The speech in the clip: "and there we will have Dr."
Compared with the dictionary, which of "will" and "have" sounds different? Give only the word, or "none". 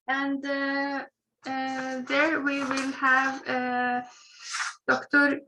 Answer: none